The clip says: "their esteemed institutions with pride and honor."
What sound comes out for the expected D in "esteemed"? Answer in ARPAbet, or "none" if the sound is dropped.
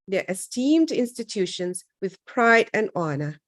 D